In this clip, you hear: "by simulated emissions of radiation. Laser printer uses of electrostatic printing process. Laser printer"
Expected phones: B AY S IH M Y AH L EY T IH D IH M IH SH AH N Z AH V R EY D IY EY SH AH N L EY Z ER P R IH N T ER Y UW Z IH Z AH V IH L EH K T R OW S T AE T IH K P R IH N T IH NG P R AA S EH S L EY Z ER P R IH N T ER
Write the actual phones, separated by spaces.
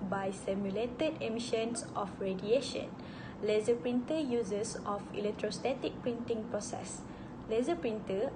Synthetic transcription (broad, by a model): B AY S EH M Y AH L EY T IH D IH M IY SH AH N S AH F R EY D IY EY SH AH N L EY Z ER P R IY N T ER Y UW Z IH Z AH F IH L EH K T R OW S T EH T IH K P R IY N T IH NG P R AA S EH S L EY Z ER P R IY N T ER